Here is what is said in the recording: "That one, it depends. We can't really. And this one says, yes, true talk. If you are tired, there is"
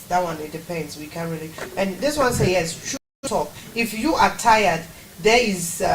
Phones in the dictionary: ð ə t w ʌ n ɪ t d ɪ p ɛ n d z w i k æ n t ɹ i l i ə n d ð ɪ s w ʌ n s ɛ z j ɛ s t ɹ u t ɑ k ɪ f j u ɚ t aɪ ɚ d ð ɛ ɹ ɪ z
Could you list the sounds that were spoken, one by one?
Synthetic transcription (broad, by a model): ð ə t w ʌ n ɪ t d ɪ p ɛ n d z w i k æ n ɹ i l i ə n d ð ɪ s w ʌ n s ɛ j ɛ s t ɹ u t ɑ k ɪ f j u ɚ t aɪ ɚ d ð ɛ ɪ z